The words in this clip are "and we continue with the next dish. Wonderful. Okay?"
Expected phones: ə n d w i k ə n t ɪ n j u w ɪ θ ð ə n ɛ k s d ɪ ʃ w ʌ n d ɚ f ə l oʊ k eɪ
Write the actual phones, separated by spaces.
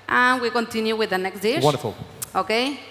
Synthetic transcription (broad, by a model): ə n w i k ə n t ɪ n j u w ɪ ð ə n ɛ k s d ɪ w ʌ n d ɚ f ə l oʊ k eɪ